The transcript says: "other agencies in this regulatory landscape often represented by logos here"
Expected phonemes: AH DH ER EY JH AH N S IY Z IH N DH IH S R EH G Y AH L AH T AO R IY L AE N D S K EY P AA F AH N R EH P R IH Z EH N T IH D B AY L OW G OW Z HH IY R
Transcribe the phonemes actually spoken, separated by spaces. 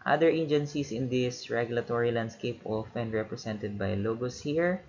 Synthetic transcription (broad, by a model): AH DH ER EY JH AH N S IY S IH N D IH S R EH G Y AH L AH T AO R IY L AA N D S K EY P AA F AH N R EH P R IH S EH N T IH D B AY L OW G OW S HH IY R